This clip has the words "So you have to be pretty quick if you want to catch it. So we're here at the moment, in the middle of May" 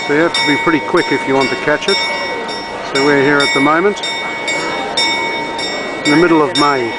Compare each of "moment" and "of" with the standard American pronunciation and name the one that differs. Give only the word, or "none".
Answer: none